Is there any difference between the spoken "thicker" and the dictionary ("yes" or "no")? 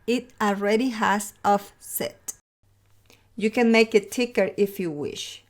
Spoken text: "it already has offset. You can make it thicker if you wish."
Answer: yes